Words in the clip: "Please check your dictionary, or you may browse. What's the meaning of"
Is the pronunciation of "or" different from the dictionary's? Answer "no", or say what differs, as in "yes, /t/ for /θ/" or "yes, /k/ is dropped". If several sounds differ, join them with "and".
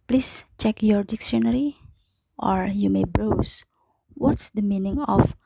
no